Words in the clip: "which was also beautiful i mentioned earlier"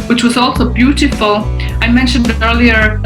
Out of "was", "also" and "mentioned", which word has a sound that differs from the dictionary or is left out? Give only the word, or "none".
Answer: none